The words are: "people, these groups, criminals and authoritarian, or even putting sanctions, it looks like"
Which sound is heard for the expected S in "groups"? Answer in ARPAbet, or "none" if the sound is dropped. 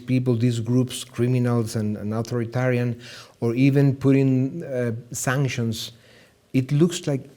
S